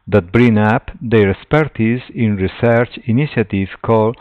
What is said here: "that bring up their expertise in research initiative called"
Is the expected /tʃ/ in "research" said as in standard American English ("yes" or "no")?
yes